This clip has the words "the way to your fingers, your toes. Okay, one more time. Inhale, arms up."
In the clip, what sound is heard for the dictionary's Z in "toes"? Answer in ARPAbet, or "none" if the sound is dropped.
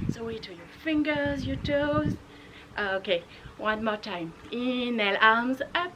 none